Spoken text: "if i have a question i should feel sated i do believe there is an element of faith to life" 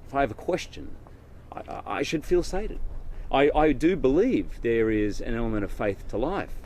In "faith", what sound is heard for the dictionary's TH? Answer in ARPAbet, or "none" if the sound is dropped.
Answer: TH